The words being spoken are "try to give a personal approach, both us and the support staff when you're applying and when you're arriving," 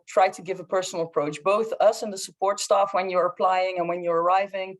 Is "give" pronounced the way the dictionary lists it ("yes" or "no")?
yes